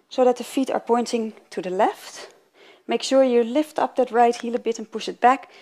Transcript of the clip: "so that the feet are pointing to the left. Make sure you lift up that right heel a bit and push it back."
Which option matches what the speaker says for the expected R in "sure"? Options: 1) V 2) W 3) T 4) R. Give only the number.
4